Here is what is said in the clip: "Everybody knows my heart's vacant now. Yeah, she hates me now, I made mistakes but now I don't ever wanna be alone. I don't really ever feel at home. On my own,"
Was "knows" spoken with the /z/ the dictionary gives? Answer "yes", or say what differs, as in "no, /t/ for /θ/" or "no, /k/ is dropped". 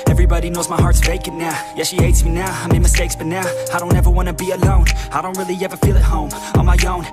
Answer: yes